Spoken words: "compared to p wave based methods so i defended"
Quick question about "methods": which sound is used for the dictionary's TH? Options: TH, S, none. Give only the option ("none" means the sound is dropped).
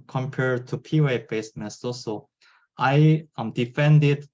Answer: S